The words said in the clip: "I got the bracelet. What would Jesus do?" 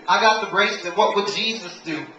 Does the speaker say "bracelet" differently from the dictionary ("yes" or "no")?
yes